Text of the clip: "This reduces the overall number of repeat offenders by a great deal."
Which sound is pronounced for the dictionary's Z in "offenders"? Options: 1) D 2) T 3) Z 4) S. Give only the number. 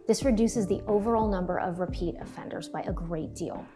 3